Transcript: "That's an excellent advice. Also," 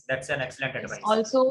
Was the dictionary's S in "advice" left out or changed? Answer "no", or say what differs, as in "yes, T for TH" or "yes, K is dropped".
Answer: yes, S is dropped